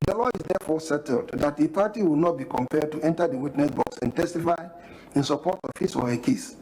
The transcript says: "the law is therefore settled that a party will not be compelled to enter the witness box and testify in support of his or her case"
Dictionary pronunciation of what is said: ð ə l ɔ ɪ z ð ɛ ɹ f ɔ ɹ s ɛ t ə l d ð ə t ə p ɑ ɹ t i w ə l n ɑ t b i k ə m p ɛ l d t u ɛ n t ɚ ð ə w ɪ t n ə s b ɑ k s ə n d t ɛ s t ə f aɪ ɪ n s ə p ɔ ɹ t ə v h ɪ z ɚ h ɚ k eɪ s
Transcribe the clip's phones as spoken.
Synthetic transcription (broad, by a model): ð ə l ɔ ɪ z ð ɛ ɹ f ɔ s ɛ t ə l d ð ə t ə p ɑ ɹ t i w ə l n ɑ t b i k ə m p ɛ d t u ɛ n t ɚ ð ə w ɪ t n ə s b ɑ k s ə n t ɛ s t ə f aɪ ɪ n s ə p ɔ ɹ t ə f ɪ s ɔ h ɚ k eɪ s